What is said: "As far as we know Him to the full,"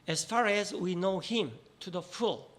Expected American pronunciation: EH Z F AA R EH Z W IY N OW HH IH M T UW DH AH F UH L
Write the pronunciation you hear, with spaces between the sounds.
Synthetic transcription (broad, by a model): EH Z F AA R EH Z W IY N OW HH IH M T UW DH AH F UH L